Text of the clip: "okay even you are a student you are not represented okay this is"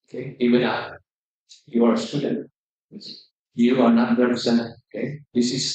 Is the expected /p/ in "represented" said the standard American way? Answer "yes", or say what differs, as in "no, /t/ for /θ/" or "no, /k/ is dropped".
no, /p/ is dropped